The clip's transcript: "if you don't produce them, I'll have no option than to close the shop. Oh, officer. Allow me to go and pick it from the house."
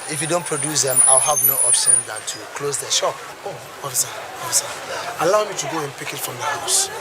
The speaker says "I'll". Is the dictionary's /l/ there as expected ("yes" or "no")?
yes